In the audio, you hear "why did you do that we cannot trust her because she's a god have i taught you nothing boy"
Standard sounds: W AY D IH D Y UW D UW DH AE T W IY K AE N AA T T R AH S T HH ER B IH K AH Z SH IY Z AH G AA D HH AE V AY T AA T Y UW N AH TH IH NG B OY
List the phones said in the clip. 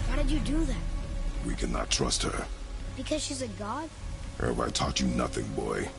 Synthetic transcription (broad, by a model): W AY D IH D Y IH D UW DH AE T W IY K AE N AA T T R AH S T HH ER B IH K AH Z SH IY Z AH G AA D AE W AY T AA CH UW N AH TH IH NG B OY